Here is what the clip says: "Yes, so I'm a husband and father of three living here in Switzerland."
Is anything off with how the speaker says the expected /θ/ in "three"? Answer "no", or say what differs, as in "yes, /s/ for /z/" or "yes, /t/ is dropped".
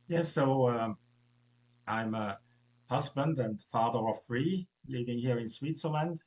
no